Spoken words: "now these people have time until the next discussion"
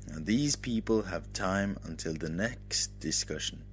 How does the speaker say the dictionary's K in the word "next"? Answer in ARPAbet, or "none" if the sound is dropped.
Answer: K